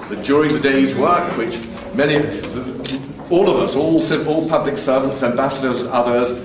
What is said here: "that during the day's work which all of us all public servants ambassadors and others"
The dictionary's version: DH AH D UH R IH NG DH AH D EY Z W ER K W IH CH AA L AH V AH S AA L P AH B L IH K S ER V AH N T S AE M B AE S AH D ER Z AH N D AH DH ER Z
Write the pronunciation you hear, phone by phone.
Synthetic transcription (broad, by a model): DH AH D UH R IH NG DH AH D EY Z W ER K W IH CH AA L AH V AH S AA L P AH B L IH K S ER V AH N T S AE M B AE S AH D ER Z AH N AH DH ER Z